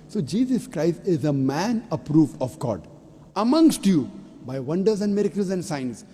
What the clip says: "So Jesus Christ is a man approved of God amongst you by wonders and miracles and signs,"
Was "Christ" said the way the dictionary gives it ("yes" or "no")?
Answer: yes